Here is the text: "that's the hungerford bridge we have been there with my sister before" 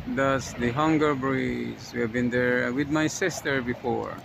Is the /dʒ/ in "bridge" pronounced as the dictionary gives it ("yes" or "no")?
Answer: no